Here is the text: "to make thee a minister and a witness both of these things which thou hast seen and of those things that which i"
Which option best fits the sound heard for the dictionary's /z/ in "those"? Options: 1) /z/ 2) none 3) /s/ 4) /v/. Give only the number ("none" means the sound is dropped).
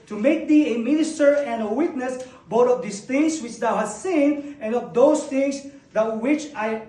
3